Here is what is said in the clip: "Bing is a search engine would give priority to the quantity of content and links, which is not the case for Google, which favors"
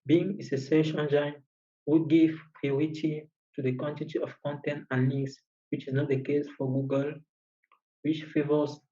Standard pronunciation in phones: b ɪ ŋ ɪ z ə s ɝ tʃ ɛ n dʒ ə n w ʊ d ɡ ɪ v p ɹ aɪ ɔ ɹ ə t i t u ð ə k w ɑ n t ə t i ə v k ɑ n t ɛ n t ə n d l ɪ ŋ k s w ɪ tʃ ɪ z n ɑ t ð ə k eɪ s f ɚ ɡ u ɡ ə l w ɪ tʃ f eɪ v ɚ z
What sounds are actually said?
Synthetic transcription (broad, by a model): b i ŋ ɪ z ə s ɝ ʃ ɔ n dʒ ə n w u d ɡ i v p ɹ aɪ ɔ ɹ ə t i t u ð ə k w ɑ n t ə t i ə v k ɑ n t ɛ n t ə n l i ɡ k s w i tʃ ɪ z n ɑ t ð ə k eɪ s f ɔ ɡ u ɡ ə l w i tʃ f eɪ v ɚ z